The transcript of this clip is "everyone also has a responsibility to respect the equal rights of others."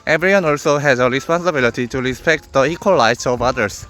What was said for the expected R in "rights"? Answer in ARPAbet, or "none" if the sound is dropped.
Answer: L